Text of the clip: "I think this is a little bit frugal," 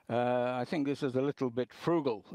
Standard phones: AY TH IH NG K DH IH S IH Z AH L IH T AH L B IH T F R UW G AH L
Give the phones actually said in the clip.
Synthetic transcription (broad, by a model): AY TH IH NG K DH IH S IH Z AH L IH T L B IH T F R UW G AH L